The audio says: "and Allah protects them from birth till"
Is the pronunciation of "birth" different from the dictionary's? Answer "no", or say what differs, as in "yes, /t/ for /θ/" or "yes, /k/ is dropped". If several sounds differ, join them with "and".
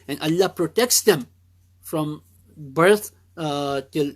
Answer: yes, /t/ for /θ/